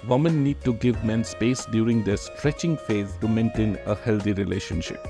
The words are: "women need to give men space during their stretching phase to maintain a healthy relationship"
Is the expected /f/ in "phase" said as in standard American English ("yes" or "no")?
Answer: yes